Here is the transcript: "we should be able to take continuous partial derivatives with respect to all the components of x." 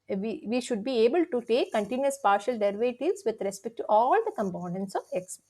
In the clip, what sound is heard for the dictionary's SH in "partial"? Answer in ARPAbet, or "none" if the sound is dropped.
SH